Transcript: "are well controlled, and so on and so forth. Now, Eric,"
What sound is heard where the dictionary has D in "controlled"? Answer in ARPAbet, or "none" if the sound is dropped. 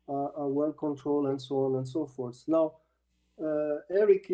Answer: none